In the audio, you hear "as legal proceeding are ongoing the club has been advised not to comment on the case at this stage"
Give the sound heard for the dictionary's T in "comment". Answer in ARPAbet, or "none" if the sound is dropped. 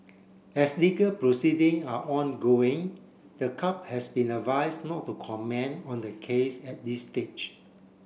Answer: none